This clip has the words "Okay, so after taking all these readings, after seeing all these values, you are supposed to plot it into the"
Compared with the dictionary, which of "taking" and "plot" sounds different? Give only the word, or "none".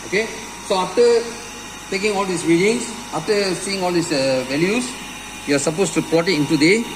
plot